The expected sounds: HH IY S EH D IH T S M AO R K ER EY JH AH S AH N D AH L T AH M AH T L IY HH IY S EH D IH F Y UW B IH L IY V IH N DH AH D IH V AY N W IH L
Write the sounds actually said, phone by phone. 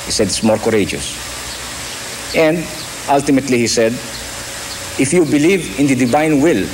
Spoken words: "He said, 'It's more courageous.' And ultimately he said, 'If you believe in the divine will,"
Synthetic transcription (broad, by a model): HH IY S EH D IH T S M AO R K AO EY JH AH S AH N D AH L T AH M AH T L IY HH IY S EH D IH F Y UW B IH L IY V IH N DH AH D IH V AY N W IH L